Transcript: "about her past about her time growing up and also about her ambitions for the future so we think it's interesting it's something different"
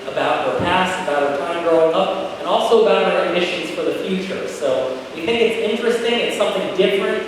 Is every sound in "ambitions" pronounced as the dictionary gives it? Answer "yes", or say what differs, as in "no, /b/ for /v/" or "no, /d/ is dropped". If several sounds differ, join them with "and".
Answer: no, /b/ is dropped